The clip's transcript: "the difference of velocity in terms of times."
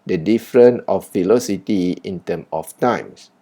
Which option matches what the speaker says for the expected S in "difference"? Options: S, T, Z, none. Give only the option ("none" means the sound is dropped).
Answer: none